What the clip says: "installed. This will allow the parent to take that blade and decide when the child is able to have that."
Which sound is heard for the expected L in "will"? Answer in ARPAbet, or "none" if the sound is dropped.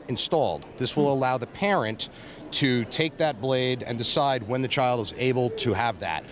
L